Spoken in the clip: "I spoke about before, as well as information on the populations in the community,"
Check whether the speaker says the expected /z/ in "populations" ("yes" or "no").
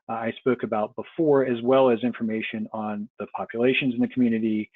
yes